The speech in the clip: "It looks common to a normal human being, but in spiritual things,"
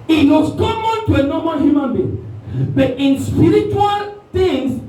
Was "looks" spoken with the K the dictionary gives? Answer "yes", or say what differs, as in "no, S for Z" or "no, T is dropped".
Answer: no, K is dropped